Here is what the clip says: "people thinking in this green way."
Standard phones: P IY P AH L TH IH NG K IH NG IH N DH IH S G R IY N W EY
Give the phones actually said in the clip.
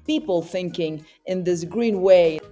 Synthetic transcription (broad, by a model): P IY P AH L TH IH NG K IH NG IH N DH IH S G R IY N W EY